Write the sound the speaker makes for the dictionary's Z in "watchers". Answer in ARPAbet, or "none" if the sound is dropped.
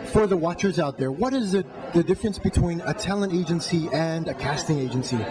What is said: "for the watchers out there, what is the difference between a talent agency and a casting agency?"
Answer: Z